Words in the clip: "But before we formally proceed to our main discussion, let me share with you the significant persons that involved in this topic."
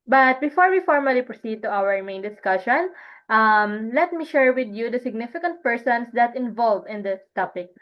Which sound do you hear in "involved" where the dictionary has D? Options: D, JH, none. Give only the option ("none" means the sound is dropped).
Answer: none